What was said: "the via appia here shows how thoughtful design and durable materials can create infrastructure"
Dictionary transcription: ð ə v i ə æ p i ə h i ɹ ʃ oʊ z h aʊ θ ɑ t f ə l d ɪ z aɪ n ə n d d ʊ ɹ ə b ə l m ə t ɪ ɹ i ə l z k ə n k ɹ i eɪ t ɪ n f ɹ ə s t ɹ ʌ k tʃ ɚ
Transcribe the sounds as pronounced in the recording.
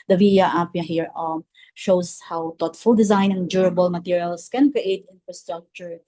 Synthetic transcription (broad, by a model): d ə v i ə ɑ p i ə h i ɹ ʃ oʊ s h aʊ t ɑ t f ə l d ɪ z aɪ n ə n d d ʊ ɹ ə b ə l m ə t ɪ ɹ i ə l s k ə n k ɹ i eɪ t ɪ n f ɹ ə s t ɹ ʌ k tʃ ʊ